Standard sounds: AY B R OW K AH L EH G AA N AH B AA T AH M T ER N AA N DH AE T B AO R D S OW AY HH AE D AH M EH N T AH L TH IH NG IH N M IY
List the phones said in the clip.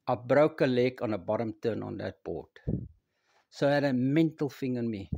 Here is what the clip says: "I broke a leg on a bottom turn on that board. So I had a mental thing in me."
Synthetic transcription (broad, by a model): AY B R OW K AH L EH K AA N AH B AA T AH M T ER N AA N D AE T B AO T S OW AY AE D AH M EH N T AH L F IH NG IH N M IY